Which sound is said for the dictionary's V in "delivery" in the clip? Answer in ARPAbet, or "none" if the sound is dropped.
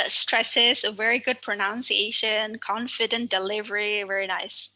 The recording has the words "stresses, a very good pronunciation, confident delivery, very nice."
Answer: V